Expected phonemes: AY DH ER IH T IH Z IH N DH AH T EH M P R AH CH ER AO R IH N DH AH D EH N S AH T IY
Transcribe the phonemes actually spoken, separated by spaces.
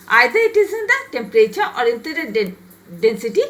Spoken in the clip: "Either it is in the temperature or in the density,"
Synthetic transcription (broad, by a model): AY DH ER IH T IH Z IH N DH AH T EH M P R AH CH ER AO R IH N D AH D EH N S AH T IY